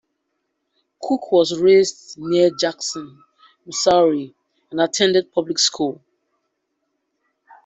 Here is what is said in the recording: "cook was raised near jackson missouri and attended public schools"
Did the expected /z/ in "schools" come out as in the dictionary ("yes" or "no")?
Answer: no